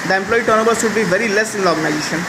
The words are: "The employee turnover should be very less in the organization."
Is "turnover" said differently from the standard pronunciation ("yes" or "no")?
yes